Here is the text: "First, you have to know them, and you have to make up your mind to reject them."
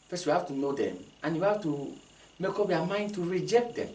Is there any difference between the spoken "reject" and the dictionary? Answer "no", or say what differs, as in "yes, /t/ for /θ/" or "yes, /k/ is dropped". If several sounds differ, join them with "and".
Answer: no